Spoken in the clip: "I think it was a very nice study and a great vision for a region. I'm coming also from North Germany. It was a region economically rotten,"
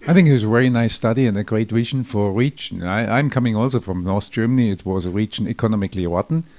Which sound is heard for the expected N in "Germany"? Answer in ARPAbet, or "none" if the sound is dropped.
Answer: N